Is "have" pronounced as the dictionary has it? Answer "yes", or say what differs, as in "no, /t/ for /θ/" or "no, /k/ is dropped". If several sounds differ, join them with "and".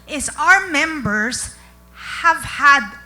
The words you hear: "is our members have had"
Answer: yes